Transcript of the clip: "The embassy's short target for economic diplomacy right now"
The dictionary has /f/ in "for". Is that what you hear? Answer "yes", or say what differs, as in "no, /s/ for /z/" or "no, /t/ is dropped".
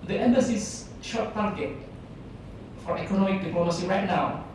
yes